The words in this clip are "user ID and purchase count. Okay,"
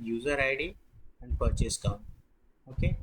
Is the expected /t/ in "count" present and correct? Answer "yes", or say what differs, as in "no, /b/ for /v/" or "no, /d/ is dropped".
no, /t/ is dropped